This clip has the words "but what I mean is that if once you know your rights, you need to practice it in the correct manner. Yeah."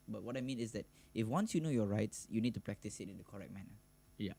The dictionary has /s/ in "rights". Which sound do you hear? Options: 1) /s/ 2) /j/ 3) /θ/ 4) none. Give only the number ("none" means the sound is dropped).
1